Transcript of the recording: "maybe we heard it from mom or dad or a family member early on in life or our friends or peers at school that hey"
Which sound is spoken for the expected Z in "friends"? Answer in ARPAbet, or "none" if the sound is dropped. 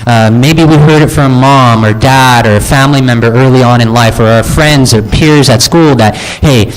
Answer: Z